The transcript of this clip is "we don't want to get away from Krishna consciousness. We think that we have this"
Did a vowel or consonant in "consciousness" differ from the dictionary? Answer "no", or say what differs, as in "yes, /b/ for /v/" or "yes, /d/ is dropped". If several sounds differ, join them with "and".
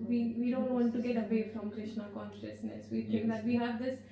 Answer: no